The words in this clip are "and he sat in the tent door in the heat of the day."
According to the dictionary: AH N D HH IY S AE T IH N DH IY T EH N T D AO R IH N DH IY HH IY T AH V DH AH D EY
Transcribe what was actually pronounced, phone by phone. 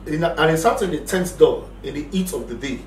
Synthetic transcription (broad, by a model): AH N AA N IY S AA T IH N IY T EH N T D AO L IH N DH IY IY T AH V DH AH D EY